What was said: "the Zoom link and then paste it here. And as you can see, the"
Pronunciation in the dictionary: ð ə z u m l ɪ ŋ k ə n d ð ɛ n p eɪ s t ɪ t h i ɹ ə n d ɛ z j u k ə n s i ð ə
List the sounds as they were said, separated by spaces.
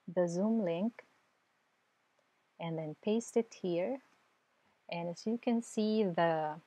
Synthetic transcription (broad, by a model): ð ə z u m l ɪ ŋ k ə n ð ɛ n p eɪ s t ɪ t h i ɹ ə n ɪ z j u k ə n s i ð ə